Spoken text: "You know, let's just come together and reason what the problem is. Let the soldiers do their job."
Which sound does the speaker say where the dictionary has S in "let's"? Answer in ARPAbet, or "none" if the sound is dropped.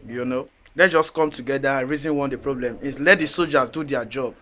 none